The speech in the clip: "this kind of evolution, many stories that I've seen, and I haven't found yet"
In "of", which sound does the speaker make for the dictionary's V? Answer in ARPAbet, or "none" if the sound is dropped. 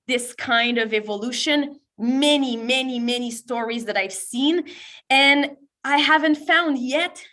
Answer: V